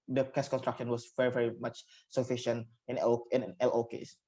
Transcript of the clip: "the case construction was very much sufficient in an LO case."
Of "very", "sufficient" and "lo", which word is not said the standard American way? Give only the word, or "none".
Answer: none